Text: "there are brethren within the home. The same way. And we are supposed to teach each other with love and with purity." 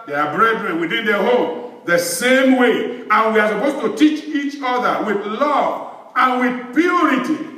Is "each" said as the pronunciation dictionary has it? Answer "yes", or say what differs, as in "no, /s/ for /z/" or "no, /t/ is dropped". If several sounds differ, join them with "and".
yes